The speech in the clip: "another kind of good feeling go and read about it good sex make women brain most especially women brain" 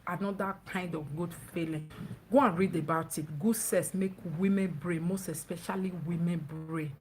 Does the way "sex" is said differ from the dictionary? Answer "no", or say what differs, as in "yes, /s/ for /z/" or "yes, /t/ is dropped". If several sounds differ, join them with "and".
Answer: yes, /k/ is dropped